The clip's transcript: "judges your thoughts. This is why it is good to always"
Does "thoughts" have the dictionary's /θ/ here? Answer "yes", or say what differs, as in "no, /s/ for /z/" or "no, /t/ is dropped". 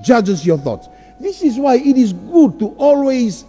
yes